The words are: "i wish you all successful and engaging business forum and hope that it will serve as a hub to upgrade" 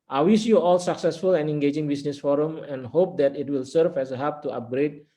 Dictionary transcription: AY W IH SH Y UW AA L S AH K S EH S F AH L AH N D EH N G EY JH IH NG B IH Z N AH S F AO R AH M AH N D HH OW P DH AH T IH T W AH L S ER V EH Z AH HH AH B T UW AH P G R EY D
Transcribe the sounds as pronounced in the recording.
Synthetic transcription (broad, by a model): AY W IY S Y UW AA L S AH K S EH S F AH L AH N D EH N G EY JH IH NG B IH S N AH S F AO R AH M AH N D HH OW P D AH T IH T W AH L S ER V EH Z AH HH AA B T UW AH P G R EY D